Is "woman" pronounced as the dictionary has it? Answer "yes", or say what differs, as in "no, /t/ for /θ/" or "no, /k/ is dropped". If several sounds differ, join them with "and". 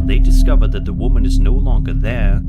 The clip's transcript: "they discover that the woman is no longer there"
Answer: yes